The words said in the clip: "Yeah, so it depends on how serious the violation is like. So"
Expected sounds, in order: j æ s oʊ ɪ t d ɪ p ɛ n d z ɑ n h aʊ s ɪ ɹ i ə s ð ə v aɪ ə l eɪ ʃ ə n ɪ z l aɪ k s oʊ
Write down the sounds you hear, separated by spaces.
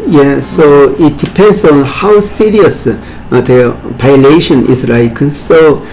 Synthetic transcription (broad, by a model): j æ s oʊ ɪ t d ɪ p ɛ n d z ɑ n h aʊ s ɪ ɹ i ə s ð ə p aɪ l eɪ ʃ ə n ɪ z l aɪ k s oʊ